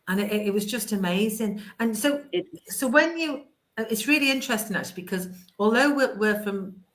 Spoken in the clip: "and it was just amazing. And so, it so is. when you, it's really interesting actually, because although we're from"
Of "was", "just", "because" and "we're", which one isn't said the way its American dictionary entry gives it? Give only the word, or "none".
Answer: none